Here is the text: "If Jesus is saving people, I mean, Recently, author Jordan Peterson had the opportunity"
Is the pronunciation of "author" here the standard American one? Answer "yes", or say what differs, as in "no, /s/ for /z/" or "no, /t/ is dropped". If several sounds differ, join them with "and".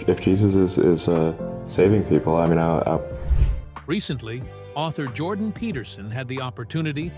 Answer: yes